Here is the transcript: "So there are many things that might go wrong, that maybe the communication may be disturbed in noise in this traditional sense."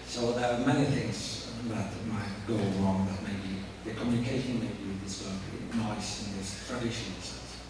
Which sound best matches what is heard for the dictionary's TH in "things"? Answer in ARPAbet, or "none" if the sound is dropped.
TH